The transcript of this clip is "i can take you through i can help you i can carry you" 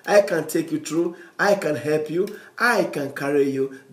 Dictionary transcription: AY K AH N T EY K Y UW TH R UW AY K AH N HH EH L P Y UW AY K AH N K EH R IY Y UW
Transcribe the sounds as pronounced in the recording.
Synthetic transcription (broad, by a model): AY K AH N T EY K Y UW T R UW AY K AH N HH EH L P Y UW AY K AH N K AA R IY Y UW